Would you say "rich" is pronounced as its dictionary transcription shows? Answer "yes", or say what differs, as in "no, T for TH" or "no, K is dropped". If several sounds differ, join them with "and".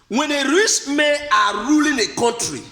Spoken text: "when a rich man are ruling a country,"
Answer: no, S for CH